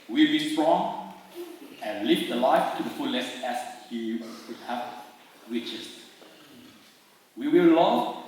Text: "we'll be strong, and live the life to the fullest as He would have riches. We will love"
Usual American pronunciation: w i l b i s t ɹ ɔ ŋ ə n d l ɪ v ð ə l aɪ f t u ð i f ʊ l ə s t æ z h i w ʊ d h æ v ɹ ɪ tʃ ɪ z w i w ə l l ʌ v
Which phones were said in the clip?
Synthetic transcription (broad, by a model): w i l b i s t ɹ ɔ ŋ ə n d l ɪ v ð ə l aɪ f t u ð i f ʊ l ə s æ s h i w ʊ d h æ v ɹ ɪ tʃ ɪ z w i w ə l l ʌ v